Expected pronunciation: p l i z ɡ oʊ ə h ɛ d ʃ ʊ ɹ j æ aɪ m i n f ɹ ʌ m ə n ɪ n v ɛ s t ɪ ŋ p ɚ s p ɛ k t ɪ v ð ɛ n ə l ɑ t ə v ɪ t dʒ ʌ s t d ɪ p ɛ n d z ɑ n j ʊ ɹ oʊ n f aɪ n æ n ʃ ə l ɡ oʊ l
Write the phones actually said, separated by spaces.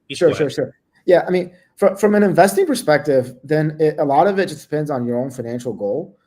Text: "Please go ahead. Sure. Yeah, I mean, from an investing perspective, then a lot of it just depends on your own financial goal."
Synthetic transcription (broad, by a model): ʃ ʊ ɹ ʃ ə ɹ ʃ ʊ ɹ j æ aɪ m i n f ɹ ʌ m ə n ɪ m v ɛ s t ɪ ŋ p ɚ s p ɛ k t ɪ v ð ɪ n ə l ɑ t ə v ɪ t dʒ ʌ s d ɪ p ɛ n d z n j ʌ ɹ oʊ n f aɪ n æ n ʃ l ɡ oʊ l